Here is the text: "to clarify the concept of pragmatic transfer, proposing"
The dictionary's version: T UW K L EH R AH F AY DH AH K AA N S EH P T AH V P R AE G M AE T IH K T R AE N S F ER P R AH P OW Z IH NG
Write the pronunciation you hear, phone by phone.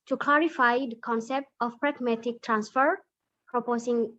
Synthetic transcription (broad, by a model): T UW K L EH R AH F AY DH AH K AA N S EH P T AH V P R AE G M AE T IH K T R AE N S F ER P R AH P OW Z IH NG